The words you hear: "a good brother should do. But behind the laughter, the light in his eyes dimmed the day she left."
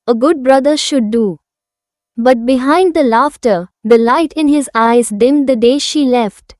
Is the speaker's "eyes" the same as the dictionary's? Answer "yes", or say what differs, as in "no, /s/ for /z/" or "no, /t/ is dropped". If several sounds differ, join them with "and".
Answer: yes